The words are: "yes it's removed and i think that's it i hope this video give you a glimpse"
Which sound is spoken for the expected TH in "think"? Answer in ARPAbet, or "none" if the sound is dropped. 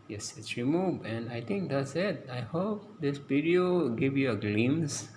T